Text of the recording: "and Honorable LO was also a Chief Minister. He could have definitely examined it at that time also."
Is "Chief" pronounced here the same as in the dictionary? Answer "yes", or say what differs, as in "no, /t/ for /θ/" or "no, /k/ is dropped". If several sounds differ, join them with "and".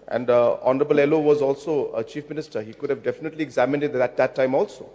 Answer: yes